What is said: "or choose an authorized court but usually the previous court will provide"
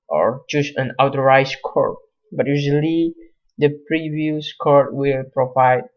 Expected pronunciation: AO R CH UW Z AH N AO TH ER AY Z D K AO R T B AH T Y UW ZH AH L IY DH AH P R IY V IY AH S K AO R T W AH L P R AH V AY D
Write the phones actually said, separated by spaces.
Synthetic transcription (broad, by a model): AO R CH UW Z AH N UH T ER AY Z K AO R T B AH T Y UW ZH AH L IY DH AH P R IY V IY AH S K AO R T W AH L P R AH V AY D